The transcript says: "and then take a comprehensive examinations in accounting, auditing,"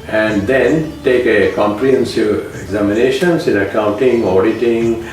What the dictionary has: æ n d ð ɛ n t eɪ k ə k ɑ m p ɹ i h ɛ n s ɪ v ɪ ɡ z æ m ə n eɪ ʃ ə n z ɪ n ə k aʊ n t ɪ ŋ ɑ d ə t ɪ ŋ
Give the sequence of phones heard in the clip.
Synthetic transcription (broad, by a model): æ n d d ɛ n t eɪ k ə k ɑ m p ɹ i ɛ n s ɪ ɪ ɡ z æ m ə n eɪ ʃ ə n s ɪ n ə k aʊ n t ɪ ŋ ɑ d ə t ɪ ŋ